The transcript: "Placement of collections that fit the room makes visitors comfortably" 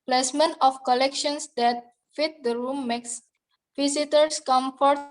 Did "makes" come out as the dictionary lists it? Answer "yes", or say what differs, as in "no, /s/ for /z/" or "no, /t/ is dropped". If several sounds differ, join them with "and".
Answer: yes